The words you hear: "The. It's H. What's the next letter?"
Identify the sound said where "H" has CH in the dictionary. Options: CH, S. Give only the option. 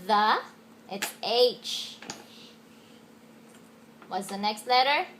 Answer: CH